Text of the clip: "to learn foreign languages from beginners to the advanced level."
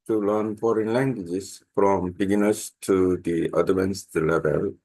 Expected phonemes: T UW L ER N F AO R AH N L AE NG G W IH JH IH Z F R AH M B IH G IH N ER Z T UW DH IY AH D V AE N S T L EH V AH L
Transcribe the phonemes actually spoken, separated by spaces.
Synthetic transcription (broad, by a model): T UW L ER N F AO R AH N L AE NG G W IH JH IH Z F R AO M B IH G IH N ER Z T UW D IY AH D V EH N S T L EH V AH L